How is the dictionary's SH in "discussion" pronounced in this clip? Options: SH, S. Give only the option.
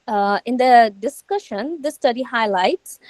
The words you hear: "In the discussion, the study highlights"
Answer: SH